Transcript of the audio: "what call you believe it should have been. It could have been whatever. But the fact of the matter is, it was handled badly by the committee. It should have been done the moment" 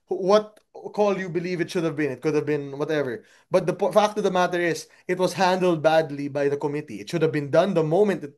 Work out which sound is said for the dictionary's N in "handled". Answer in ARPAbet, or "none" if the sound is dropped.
N